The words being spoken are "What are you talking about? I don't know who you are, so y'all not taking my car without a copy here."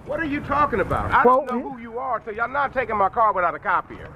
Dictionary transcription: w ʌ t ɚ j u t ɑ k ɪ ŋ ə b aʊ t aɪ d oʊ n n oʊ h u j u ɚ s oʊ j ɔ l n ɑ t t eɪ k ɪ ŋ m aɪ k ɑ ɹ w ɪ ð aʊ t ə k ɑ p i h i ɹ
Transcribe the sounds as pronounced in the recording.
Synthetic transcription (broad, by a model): w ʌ t ɚ j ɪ t ɑ k ɪ ŋ ə b aʊ t aɪ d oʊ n n oʊ h u j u ɚ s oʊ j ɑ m n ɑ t t eɪ k ɪ ŋ m aɪ k ɑ ɹ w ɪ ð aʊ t ə k ɑ p i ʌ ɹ